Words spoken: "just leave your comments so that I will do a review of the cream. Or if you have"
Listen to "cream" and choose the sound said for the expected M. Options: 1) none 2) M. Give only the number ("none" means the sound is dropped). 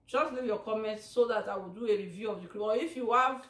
1